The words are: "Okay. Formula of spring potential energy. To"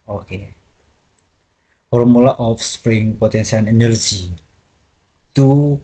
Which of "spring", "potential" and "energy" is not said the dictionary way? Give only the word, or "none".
potential